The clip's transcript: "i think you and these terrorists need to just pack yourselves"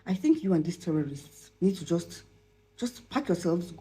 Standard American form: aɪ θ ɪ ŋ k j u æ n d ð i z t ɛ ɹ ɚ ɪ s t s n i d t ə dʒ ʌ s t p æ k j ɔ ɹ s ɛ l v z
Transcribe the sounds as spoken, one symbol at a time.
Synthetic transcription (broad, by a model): aɪ θ ɪ ŋ k j u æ n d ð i s t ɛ ɹ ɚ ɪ s t s n i d t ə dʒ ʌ s t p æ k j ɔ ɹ s ɛ l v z